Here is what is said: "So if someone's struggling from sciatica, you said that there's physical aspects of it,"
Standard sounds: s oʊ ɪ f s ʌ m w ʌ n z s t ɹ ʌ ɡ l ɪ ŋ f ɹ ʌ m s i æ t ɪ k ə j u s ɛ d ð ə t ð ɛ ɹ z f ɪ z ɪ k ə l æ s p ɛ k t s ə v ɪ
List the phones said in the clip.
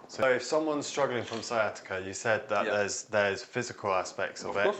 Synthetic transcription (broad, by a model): s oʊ ɪ f s ʌ m w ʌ n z s t ɹ ʌ ɡ l ɪ ŋ f ɹ ʌ m s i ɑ t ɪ k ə j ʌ s ɛ d ð ə t ð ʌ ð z f ɪ z ɪ k ə l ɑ s p ɛ k t s ə v ɪ